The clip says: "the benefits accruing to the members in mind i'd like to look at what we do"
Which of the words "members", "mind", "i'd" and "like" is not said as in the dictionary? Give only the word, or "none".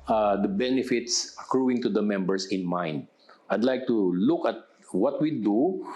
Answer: members